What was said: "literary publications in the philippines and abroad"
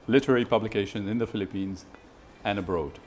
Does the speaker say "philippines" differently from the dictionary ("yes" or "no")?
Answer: no